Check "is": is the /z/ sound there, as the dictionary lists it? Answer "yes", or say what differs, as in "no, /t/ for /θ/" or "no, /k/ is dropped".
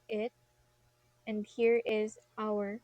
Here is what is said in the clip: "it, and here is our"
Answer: yes